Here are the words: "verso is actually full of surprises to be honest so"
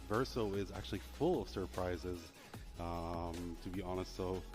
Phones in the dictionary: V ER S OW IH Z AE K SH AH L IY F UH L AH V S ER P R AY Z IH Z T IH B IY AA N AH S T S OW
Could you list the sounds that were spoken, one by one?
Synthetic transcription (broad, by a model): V ER S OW IH Z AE K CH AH L IY F UH L AH V S ER P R AY Z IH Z T IH B IY AA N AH S T S OW